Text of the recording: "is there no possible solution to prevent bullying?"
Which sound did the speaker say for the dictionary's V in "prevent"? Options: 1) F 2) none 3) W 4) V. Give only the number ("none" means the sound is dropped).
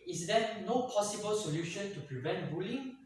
4